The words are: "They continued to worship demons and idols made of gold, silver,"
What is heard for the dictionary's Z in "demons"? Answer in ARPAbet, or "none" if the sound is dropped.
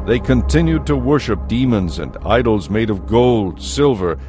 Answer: Z